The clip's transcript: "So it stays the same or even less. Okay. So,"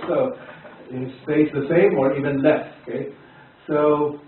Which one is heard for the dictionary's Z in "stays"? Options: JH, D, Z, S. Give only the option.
S